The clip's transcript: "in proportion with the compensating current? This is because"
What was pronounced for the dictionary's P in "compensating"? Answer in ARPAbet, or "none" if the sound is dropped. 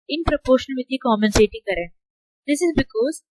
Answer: none